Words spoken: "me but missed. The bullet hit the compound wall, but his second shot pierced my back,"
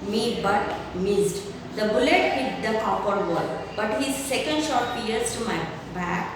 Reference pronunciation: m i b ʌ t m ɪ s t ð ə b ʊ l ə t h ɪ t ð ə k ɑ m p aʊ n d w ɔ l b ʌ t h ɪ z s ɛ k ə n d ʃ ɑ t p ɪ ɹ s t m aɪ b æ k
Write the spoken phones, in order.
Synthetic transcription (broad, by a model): m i b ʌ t m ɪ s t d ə b ʊ l ə t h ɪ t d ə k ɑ p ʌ d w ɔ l b ʌ t h ɪ z s ɛ k ə n d ʃ ɑ t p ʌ ɹ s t m aɪ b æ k